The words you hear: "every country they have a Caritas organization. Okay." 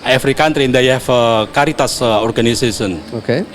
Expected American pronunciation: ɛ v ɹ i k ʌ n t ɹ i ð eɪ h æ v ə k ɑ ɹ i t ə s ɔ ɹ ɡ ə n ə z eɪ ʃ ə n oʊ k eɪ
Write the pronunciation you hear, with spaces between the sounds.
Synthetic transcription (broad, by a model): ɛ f ɹ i k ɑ n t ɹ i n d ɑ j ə k ɑ ɹ i t ə s ɔ ɹ ɡ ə n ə s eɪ s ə n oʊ k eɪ